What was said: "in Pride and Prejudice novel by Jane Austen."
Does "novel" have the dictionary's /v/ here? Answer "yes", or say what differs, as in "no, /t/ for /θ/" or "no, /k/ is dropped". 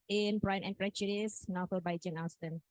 no, /f/ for /v/